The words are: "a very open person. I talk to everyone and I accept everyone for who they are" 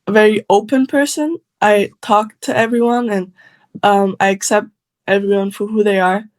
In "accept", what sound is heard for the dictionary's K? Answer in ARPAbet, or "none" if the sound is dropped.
K